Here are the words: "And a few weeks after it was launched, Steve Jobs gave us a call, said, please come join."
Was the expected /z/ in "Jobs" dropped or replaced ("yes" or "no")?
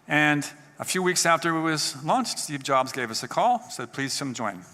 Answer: no